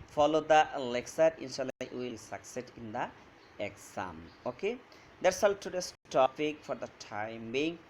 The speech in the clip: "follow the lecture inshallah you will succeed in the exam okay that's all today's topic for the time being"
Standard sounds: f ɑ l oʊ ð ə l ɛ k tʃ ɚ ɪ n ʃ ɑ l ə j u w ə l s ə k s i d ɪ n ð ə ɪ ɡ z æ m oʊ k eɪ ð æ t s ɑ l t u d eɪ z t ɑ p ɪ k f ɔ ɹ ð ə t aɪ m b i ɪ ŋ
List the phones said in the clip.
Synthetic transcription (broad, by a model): f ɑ l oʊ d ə l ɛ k s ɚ ɪ n ʃ ɑ l ə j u w ə l s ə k s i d ɪ n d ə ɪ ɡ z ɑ m oʊ k eɪ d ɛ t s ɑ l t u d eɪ s t ɑ p ɪ k f ɔ ɹ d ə t aɪ m b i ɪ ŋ